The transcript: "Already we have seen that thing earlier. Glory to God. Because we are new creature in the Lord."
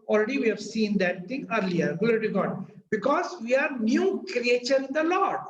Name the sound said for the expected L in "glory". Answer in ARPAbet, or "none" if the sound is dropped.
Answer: none